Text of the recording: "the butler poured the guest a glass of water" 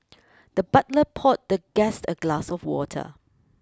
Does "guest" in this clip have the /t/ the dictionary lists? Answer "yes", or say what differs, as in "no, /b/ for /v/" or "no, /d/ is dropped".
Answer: yes